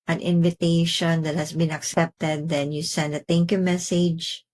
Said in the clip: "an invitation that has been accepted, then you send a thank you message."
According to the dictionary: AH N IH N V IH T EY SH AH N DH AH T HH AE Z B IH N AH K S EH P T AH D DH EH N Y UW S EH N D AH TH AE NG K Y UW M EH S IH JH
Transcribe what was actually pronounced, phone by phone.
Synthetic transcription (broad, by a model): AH N IH N V IH T EY SH AH N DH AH T HH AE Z B IH N AH K S EH P T AH D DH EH N Y UW S EH N D AH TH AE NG K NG M EH S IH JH